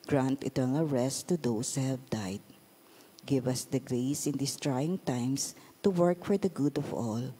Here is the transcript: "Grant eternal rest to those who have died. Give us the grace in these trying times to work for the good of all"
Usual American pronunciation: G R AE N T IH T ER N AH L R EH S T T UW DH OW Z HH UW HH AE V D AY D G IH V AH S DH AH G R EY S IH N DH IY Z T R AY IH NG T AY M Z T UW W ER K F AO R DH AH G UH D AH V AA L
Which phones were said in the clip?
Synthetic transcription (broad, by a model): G R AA N T IH T ER N AH L R EH S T T UW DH OW S HH UW HH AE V D AY D G IH V AH S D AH G R EY S IH N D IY S T R AY IH NG T AY M S T UW W ER K F AO R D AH G UH D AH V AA L